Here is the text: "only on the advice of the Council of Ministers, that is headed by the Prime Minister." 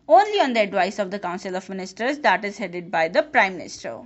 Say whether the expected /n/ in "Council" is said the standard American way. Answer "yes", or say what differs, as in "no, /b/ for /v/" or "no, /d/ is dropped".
yes